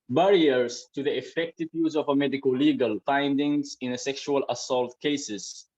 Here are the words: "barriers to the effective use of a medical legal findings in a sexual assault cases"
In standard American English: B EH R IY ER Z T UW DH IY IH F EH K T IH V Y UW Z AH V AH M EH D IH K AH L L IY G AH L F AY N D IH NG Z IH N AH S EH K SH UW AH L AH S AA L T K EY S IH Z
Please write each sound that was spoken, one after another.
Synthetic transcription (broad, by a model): B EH R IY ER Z T UW DH IY IH F EH K T IH V Y UW Z AH V AH M EH D IH K AH L L IY G AH L F AY N D IH NG Z IH N AH S EH K SH UW AH L AH S AA L T K EY S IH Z